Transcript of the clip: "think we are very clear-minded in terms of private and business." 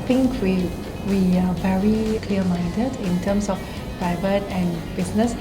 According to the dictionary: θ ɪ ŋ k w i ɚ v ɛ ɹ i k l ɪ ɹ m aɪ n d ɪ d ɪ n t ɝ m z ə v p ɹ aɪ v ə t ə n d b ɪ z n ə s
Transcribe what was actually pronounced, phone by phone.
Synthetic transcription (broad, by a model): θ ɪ ŋ k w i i v ɛ ɹ i k l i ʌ m aɪ n d ɪ d ɪ n t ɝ m s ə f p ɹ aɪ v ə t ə n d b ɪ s n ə s